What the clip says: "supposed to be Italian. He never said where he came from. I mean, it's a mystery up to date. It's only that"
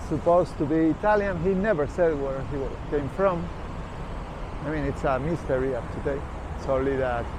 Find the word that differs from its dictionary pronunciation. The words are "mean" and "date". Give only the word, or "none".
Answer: date